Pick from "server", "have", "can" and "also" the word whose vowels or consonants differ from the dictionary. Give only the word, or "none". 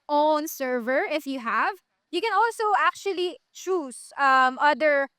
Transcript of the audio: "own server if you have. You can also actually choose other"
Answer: none